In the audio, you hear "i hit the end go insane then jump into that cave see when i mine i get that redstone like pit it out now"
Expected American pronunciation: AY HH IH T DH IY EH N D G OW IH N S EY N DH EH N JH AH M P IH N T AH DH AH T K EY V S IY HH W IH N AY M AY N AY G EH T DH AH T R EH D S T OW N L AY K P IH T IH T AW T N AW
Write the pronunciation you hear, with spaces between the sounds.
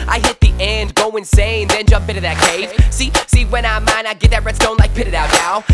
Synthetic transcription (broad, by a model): AY HH IH T DH IY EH N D G OW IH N S EY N DH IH N JH AH M P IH T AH DH AH T K EY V S IY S W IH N AY M AY N AY G EH T DH AH T R EH D S T OW N L AY K P IH T IH T AW T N AW